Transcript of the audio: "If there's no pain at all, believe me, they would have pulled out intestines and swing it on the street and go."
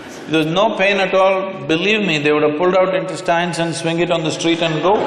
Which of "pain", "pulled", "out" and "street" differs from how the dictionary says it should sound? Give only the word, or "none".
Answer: none